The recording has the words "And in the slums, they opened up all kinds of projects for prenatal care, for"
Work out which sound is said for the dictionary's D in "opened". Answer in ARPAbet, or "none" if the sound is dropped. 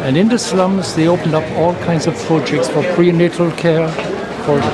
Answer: D